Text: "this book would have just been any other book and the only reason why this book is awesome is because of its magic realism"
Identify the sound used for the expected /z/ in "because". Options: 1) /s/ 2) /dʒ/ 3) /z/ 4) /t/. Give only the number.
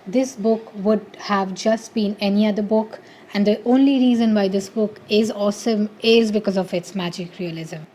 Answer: 3